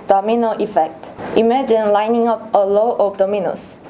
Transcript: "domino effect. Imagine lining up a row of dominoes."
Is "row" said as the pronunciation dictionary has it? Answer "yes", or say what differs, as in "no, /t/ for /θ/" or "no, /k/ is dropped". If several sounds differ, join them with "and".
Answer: no, /l/ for /ɹ/